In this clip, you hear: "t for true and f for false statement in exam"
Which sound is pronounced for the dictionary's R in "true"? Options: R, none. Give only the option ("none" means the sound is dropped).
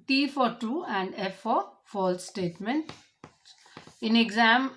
none